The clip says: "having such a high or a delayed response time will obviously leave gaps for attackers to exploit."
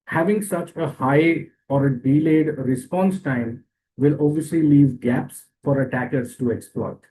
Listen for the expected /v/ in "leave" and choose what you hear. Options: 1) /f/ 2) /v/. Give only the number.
2